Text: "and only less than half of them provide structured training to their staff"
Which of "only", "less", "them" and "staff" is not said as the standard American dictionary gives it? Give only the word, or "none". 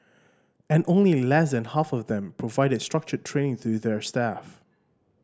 none